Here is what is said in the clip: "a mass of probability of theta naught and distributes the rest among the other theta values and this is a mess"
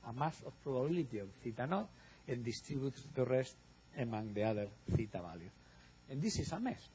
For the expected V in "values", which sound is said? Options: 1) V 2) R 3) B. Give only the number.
3